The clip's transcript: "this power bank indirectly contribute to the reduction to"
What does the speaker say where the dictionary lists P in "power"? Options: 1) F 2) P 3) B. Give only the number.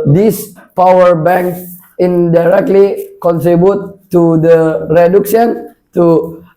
2